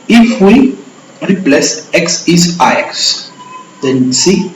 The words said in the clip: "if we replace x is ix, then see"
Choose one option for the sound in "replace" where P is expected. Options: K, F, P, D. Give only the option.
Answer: P